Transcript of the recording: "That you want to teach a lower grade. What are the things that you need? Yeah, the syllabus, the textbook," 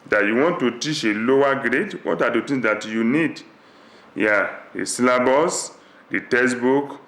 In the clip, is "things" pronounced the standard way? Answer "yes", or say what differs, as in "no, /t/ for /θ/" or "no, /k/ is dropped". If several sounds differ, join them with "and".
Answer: no, /t/ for /θ/